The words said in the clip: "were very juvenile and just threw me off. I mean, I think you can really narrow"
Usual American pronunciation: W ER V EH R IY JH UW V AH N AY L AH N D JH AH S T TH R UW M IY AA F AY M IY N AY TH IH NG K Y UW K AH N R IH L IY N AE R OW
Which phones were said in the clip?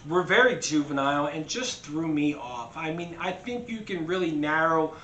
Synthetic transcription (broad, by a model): W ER V EH R IY JH UW V AH N AY L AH N JH AH S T TH R UW M IY AA F AY M IY N AY TH IH NG K Y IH K AH N R IH L IY N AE R OW